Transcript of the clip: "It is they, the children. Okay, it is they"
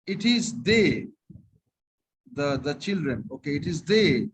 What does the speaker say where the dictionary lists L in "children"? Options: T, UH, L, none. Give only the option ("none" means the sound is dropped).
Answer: L